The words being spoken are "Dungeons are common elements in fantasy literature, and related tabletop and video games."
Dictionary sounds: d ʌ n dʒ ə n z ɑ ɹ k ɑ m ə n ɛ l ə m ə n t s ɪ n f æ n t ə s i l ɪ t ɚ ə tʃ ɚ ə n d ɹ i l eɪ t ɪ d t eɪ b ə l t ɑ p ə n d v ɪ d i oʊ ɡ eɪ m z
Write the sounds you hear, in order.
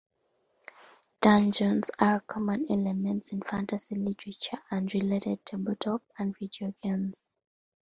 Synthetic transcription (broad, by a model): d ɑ n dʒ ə n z ɑ ɹ k ɑ m ə n ɛ l ə m ə n t s ɪ n f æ n t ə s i l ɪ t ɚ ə tʃ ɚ ə n d ɹ i l eɪ t ɪ d t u b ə t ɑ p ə n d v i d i oʊ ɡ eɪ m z